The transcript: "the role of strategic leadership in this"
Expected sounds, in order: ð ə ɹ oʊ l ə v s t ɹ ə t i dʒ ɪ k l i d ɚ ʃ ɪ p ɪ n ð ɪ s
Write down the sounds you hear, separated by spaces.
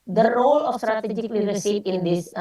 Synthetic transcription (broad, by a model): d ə ɹ oʊ l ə f s t ɹ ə t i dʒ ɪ k l i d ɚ s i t ɪ n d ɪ s